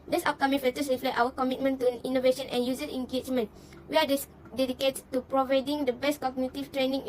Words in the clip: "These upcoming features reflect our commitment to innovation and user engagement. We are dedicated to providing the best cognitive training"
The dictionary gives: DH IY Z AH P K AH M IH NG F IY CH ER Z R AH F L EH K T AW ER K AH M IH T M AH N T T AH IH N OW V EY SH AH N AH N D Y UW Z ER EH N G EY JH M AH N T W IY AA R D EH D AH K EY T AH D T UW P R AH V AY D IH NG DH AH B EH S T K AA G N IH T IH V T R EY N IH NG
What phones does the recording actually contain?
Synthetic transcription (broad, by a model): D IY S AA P K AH M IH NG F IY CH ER S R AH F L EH T AW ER K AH M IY T M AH N T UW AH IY N OW V EY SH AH N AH N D Y UW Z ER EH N G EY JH M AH N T W IY AA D D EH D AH K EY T T UW P R AH V AY D IH NG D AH B EH S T K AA G N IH T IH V T R EY N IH NG